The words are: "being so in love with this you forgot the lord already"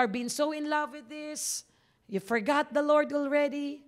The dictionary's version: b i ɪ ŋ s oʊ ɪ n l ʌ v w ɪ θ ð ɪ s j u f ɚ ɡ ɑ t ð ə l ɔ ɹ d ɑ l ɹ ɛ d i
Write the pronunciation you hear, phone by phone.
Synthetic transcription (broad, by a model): b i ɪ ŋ s oʊ ɪ n l ʌ v w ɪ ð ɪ s j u f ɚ ɡ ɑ t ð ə l ɔ ɹ d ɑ l ɹ ɛ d i